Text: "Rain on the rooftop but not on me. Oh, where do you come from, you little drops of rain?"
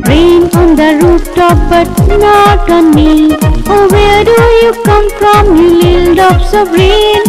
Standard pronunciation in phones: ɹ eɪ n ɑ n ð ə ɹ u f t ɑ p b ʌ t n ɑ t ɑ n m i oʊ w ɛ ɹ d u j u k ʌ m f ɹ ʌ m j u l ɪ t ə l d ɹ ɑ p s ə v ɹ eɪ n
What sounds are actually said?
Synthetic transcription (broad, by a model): ɹ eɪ n ɑ n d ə ɹ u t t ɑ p b ʌ t n ɑ t ɑ n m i oʊ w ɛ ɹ d u j u k ʌ m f ɹ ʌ m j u l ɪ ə l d ɑ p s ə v ɹ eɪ n